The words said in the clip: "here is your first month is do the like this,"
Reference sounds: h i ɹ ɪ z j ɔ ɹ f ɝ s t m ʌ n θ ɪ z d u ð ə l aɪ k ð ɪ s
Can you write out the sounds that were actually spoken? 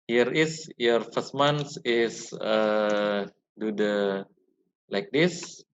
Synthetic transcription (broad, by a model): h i ɹ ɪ s j ɔ ɹ f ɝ s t m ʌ n s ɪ s d u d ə l aɪ k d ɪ s